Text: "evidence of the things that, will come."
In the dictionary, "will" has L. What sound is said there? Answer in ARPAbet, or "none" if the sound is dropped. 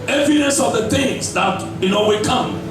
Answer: W